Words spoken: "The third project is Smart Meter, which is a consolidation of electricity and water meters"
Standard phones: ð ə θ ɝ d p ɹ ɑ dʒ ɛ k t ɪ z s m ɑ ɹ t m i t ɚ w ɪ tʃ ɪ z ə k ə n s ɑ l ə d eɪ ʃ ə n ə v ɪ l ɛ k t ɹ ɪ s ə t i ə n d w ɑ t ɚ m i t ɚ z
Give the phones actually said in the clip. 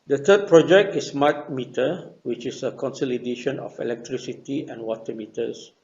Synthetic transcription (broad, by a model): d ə t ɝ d p ɹ ɑ dʒ ɛ k t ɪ s m ɑ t m i t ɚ w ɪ tʃ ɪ s ə k ə n s ɑ l ə d eɪ ʃ ə n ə f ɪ l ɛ k t ɹ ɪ s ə t i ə n w ɑ t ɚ m i t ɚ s